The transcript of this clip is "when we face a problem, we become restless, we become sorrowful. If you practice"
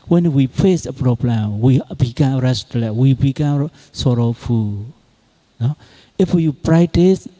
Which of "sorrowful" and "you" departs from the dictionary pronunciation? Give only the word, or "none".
sorrowful